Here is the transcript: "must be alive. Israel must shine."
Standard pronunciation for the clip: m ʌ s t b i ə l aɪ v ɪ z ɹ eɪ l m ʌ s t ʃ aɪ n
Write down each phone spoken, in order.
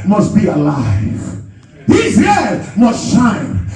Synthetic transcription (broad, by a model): m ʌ s t b i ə l aɪ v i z eɪ m ʌ s t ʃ aɪ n